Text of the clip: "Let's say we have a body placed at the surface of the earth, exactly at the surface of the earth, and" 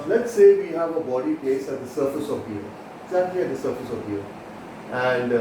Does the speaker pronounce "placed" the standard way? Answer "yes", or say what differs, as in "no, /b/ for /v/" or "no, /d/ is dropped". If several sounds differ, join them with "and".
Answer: no, /t/ is dropped